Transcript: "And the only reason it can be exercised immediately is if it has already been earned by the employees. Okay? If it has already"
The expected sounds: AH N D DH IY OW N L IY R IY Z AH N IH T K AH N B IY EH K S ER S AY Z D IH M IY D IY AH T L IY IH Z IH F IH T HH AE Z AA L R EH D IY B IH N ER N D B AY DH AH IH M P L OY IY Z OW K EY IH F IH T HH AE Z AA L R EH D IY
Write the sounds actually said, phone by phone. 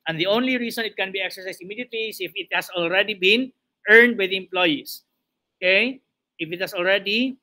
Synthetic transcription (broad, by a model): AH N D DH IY OW N L IY R IY S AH N IH T K AH N B IY EH K S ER S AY S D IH M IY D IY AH T L IY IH S IH F IH T HH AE S AA L R EH D IY B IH N ER N D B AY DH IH M P L OY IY S OW K EY IH F IH T HH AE S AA L R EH D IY